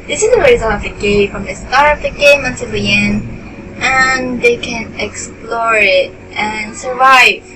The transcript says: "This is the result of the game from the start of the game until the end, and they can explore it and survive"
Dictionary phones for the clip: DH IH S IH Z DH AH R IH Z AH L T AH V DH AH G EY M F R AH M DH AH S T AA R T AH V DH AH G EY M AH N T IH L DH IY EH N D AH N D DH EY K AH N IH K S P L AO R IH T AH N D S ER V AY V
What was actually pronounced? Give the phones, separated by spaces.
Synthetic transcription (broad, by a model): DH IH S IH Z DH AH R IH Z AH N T AH V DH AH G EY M F R AH M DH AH S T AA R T AH V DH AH G EY M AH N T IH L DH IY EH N AH N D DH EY K AH N IH K S P L AO R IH T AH N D S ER V AY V